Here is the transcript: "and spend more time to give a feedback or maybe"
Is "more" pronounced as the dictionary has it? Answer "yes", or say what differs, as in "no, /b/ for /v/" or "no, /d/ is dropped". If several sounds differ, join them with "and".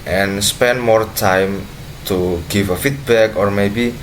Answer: yes